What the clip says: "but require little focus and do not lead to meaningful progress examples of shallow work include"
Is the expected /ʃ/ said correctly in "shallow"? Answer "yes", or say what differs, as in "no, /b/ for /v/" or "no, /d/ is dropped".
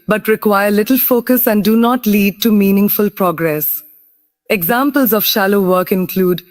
yes